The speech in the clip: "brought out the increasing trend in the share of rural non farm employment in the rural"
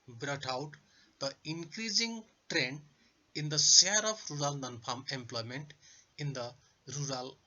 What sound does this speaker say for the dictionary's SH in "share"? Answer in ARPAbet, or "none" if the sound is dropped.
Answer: S